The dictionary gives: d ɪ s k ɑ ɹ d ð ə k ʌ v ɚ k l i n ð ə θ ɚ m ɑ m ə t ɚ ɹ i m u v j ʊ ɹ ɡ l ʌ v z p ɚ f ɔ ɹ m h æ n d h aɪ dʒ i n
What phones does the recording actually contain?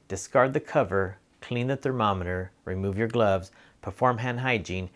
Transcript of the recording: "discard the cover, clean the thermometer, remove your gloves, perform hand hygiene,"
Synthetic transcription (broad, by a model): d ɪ s k ɑ ɹ d ð ə k ʌ v ɚ k l i n ð ə θ ɚ m ɑ m ə t ɚ ɹ i m u v j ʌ ɹ ɡ l ʌ v z p ɚ f ɔ ɹ m h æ n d h aɪ dʒ i n